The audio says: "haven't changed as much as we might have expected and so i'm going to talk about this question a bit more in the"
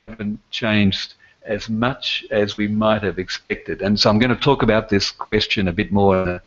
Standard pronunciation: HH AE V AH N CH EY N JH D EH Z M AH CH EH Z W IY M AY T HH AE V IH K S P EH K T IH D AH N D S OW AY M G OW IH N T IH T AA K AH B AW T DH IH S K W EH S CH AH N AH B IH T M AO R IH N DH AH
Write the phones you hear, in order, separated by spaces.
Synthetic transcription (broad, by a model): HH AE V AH N CH EY N JH D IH Z M AH CH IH Z W IY M AY T HH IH V IH K S P EH K T IH D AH N S OW AY M G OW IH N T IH T AA K AH B AW T DH IH S K W EH S CH AH N AH B IH T M AO R IH N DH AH